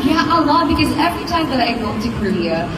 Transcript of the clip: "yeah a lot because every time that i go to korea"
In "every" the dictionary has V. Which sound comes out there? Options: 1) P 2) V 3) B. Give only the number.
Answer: 2